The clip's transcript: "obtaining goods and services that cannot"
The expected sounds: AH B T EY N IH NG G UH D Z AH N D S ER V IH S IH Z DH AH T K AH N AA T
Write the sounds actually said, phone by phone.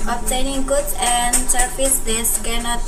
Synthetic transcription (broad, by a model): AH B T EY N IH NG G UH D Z AH N D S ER P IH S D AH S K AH N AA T